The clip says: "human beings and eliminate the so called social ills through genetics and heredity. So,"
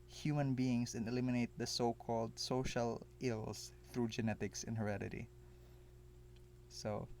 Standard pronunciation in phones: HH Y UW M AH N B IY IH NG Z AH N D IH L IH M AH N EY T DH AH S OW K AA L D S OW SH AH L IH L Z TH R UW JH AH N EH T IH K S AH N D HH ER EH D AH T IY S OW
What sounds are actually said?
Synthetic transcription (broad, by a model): HH Y UW M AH N B IY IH NG S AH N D IH L IH M AH N EY T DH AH S OW K AA L D S OW SH AH L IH L S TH R UW JH AH N EH T IH K S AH N HH ER EH D AH T IY S OW